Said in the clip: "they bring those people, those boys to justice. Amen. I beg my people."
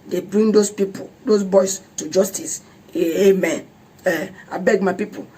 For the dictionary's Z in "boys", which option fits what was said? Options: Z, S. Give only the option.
S